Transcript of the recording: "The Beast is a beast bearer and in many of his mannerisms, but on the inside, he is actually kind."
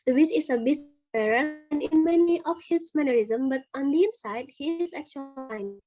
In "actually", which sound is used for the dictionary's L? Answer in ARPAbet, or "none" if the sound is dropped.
none